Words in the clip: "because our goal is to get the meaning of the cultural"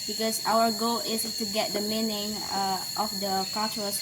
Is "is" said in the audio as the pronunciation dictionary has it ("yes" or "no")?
no